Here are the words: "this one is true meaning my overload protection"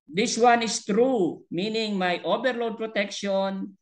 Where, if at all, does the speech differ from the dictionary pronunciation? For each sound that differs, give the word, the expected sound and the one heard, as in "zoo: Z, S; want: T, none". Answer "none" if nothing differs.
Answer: is: Z, S; overload: V, B